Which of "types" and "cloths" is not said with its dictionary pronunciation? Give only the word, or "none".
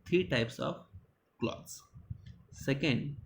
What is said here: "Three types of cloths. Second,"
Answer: cloths